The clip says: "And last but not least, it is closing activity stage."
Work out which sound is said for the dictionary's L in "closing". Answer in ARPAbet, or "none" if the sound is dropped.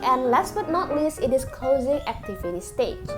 L